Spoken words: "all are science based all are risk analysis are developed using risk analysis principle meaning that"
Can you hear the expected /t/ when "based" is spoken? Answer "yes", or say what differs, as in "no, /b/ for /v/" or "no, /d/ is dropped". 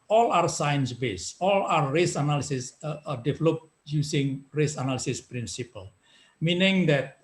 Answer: no, /t/ is dropped